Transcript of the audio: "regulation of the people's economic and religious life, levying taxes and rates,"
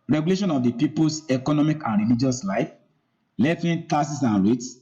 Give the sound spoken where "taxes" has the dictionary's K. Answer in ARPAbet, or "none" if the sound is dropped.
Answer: none